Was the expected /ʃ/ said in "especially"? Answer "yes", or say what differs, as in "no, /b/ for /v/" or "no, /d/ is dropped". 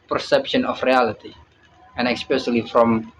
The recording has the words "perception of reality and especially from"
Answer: no, /s/ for /ʃ/